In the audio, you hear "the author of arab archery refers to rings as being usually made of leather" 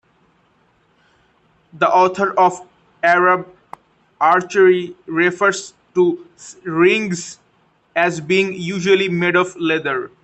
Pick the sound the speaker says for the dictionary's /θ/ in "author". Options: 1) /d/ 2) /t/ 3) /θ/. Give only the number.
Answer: 2